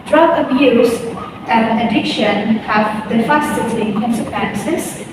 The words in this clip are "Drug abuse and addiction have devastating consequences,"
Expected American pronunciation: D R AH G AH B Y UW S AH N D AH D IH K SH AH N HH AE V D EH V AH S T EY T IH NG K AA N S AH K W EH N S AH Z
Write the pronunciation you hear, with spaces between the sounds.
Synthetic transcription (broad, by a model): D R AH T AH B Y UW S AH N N AH D IH K SH AH N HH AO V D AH F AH S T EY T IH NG K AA N S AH K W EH N S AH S